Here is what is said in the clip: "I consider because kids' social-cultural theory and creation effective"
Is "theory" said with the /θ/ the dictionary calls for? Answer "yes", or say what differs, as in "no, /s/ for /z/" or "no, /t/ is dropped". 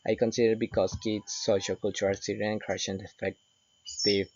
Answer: no, /s/ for /θ/